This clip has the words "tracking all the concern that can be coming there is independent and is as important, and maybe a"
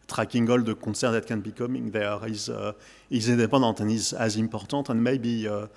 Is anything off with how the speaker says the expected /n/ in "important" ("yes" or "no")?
yes